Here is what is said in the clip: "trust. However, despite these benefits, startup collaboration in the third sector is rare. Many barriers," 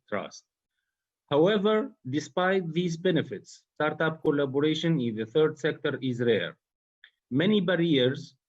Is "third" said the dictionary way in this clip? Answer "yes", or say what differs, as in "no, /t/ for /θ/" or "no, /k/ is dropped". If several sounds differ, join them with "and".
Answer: yes